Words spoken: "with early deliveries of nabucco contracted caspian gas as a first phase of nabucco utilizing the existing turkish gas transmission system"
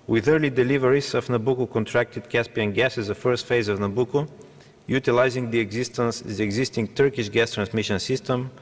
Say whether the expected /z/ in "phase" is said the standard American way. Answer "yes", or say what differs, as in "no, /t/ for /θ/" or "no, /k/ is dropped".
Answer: yes